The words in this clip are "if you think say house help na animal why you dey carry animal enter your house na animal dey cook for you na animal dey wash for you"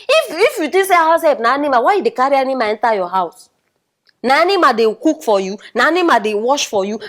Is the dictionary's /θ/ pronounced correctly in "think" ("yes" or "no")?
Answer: no